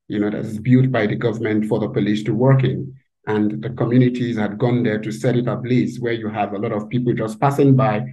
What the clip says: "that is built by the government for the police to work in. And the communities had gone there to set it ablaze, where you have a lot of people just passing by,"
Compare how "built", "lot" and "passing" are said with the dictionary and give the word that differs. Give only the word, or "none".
built